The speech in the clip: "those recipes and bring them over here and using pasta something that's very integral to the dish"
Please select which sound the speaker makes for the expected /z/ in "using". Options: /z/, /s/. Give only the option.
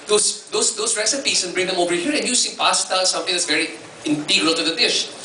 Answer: /s/